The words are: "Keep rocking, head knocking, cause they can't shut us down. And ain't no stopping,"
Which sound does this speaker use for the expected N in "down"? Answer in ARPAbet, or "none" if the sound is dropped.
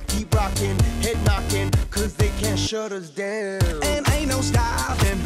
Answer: none